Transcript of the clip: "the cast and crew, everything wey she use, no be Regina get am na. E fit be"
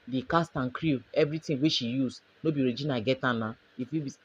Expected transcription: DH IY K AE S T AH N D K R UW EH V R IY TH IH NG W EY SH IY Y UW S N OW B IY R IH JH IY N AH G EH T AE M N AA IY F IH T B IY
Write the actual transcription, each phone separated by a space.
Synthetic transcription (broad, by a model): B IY K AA S T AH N K R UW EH V R IY T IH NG W EY SH IY Y UW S N OW B IY R IH JH IY N AH G EH T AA N AA IY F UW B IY